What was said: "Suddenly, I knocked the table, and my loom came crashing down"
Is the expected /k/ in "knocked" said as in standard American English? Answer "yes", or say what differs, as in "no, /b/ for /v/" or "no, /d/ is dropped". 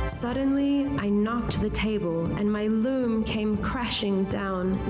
yes